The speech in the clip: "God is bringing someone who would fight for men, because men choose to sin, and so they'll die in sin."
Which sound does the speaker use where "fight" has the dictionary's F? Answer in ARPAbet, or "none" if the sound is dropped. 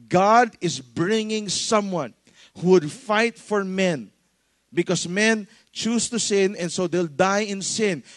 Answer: F